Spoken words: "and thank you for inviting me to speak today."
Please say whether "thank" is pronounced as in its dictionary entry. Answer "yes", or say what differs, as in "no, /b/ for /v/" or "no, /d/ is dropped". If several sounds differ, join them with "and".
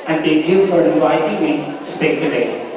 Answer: no, /ŋ/ is dropped